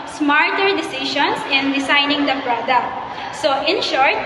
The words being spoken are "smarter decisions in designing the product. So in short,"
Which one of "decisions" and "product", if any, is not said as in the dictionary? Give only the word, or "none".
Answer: decisions